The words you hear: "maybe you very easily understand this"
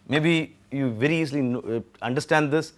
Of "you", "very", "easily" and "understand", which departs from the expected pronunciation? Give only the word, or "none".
easily